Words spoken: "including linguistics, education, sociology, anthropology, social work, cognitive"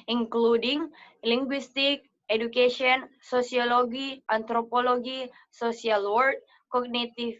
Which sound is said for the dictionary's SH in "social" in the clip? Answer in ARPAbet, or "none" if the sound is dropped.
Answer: S